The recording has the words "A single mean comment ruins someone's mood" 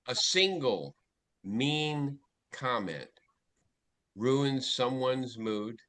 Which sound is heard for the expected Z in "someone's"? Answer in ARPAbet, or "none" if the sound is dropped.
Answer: Z